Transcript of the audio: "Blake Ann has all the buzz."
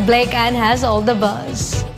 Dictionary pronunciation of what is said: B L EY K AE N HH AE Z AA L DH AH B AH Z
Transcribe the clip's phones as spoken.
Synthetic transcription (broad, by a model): B L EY K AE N HH AE Z AA L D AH B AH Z